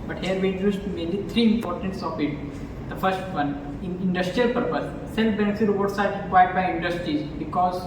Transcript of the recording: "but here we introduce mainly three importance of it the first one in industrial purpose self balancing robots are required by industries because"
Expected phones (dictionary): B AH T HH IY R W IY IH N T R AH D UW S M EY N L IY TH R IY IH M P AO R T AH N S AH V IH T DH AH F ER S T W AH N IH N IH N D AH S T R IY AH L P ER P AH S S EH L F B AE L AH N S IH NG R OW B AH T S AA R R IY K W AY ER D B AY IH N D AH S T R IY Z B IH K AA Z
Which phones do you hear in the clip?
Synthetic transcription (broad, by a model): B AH T HH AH R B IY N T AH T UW M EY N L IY T R IY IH M P AO R T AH N S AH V IH T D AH F ER S T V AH N IH N IH N D AH S T R IY AH L P ER P AH S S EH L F B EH N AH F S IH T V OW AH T S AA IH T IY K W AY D B AY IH N D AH S T R IY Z B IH K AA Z